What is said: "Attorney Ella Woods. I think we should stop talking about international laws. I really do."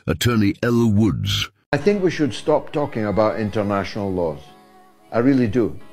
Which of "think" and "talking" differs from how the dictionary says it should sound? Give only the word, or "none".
none